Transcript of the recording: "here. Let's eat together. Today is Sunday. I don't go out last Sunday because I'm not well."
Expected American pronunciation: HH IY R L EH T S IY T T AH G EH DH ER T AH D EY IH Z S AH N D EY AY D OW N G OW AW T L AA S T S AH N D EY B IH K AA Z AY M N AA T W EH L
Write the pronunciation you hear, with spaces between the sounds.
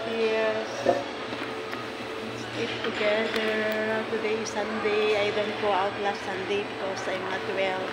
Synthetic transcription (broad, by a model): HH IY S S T IY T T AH G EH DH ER T AH D EY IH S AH N D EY AY D OW N G OW AW T L AA S T S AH N D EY B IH K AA S AY M N AA T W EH L